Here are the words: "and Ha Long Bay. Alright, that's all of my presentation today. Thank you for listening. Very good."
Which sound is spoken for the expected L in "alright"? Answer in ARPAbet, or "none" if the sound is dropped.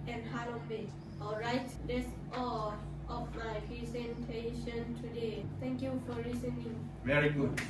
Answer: L